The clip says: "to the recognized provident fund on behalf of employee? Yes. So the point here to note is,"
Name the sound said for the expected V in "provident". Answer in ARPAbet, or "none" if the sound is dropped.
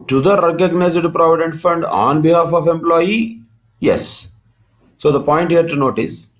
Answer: V